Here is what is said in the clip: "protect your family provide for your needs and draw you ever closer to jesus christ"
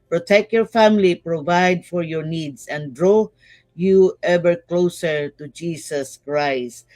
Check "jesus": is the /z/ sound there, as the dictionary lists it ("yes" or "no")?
no